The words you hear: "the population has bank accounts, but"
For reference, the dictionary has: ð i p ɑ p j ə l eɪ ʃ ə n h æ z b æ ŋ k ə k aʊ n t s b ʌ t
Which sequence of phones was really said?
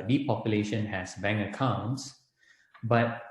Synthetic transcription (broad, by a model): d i p ɑ p j ə l eɪ ʃ ə n h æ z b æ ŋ ə k aʊ n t s b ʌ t